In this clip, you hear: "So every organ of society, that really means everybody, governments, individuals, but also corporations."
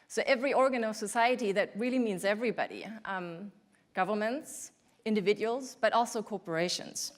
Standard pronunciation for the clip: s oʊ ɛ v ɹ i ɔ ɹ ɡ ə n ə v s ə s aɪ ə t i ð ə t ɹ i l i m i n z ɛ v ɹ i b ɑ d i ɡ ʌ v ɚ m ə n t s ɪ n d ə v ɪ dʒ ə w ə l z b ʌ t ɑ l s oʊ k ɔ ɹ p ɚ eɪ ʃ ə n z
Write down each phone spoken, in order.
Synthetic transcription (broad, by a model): s oʊ ɛ v ɹ i ɔ ɹ ɡ ə n ə v s ə s aɪ ə t i ð ə t ɹ i l i m i n z ɛ v ɹ i b ɑ d i ɡ ʌ v ɚ m ə n t s ɪ n d ə v ɪ dʒ ə w ə l z b ʌ t ɑ l s oʊ k ɔ ɹ p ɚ eɪ ʃ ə n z